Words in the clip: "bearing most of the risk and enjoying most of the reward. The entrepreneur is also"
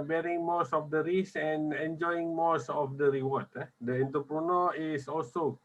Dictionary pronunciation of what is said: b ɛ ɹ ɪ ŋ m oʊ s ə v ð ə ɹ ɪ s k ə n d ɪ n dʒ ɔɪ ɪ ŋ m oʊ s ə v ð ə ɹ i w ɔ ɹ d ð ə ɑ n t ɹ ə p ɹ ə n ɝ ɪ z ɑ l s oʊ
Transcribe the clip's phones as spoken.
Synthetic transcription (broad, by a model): b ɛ ɹ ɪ ŋ m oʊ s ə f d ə ɹ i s ə n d ɪ n dʒ ɔɪ ɪ ŋ m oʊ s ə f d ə ɹ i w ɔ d d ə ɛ n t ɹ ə p ɹ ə n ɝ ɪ s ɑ l s oʊ